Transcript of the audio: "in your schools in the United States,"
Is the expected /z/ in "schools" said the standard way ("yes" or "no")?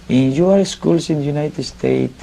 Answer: no